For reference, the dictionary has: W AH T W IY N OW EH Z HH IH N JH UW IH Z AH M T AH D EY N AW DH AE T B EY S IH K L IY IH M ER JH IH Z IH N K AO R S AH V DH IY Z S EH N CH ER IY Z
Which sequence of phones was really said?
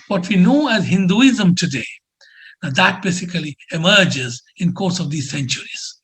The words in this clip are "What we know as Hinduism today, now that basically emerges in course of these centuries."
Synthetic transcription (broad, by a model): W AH T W IY N OW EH Z HH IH N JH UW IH Z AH M T AH D EY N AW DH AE T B EY S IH K L IY IH M ER JH IH Z IH N K AO R S AH V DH IY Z S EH N CH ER IY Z